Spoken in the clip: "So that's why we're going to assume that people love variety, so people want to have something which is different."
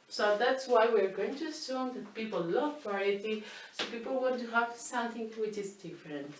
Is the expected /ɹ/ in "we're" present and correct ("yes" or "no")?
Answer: yes